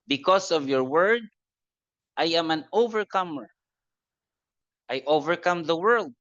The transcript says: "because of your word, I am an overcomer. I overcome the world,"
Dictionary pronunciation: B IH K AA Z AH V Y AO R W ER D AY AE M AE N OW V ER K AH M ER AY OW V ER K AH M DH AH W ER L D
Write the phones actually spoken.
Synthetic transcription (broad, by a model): B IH K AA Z AH V Y AO R W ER D AY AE M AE N OW V ER K AH M ER AY OW V ER K AH M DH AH W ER L D